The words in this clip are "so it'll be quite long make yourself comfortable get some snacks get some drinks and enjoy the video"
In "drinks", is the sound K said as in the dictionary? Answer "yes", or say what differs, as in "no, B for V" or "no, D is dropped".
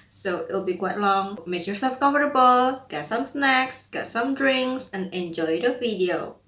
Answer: yes